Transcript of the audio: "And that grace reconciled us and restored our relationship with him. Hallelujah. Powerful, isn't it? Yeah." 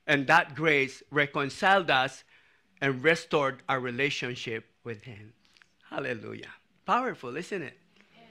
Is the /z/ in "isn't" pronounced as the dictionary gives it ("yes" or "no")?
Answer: no